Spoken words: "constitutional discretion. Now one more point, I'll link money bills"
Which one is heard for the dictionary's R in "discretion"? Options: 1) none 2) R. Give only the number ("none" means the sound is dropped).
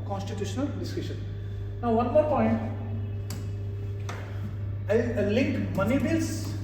1